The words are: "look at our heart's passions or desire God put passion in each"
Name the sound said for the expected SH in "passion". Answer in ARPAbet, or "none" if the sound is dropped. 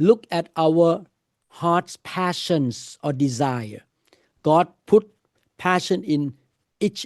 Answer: SH